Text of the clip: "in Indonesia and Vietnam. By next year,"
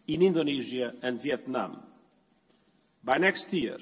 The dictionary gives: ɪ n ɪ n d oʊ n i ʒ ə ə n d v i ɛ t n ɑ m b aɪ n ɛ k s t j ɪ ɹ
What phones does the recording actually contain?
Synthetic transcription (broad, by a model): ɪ n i n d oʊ n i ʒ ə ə n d v i ɛ t n ɑ m b aɪ n ɛ k s t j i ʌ